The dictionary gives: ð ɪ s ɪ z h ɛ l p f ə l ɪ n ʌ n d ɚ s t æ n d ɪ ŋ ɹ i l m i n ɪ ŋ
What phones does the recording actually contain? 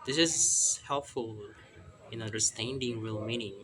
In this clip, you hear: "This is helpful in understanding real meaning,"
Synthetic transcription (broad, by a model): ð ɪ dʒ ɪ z h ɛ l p f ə l ɪ n ʌ n d ɚ s t æ n d ɪ ŋ ɹ i l m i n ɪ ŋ